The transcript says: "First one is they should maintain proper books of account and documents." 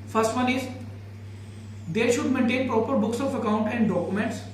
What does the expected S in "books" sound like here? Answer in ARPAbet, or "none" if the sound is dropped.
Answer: S